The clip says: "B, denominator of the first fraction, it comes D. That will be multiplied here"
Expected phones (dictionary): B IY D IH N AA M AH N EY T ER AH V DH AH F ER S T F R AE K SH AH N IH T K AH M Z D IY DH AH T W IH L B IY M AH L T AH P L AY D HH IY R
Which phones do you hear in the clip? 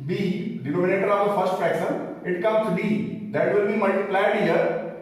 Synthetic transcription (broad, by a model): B IY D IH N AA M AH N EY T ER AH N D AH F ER S T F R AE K S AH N IH T K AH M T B IY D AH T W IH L B IY M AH L T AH P L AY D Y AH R